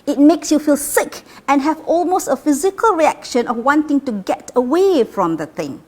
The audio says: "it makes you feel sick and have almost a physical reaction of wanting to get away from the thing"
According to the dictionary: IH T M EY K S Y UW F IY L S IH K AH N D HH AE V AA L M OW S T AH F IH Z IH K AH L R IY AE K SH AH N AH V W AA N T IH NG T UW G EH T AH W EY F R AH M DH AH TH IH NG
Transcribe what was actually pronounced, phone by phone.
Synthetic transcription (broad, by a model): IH T M EY K S Y UW F IY L S IH K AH N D HH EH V AA L M OW S T AH F IH Z IH K AH L R IY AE K SH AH N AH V W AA N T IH NG T UW G EH T AH W EY F R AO M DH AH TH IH NG